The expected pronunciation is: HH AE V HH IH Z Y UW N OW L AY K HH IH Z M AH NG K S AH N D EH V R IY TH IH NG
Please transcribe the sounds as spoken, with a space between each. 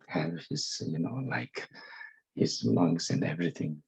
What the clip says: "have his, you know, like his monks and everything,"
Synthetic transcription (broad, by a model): HH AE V HH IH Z Y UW N OW L AY K HH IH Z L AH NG S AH N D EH V R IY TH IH NG